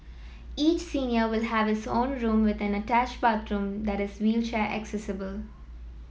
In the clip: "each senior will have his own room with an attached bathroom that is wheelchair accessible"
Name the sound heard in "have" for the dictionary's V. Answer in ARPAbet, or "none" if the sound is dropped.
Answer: V